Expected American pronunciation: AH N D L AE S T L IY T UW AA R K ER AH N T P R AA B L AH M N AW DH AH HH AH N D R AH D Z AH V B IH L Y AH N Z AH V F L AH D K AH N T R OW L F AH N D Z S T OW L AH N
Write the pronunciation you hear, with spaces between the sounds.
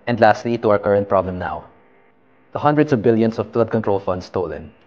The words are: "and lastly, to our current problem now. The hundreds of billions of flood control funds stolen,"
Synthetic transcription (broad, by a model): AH N D L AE S T L IY T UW AA R K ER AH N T P R AA B L AH M N AW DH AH HH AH N D R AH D S AH V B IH L Y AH N S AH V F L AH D K AH N T R OW L F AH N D S T OW L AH N